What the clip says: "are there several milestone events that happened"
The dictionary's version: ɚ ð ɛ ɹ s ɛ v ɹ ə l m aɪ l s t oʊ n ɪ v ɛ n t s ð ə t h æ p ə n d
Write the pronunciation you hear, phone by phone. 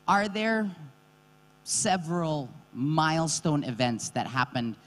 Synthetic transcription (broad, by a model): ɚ ð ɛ ɹ s ɛ v ɹ ə l m aɪ l s t oʊ n ɪ v ɛ n t s ð ə t h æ p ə n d